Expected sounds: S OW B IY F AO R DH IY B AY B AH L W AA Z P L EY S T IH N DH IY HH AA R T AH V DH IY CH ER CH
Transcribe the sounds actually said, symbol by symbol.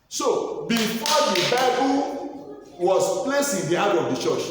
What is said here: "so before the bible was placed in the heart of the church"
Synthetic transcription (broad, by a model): S OW B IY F AO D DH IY B AY B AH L W AA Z P L EY S IH N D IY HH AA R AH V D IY CH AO CH